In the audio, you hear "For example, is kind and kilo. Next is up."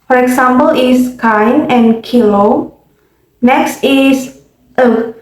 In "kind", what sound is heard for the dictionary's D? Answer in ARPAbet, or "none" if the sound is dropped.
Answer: none